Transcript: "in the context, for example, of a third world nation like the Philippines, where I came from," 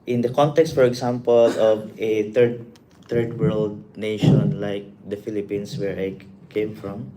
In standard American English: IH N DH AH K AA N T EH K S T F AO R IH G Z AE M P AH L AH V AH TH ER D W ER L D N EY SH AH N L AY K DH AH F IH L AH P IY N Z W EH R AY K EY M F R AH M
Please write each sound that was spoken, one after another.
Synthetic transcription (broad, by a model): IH N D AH K AA N T EH K S T F AO R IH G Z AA M P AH L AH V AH T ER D W ER L D N EY SH AH N L AY K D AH F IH L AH P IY N S W EH R AY K EY M F R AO M